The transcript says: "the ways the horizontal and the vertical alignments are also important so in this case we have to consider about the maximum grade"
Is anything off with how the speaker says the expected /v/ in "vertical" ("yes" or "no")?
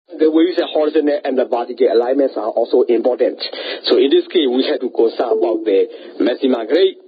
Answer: yes